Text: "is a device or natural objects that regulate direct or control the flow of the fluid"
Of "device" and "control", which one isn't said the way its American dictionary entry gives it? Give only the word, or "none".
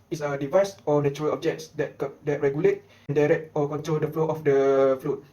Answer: none